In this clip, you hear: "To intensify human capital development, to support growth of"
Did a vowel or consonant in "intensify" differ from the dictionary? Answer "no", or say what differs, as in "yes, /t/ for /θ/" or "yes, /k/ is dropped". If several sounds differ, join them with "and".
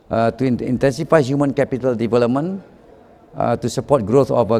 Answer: no